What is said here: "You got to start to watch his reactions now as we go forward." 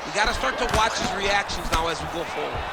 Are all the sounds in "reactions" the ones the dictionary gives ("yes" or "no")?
yes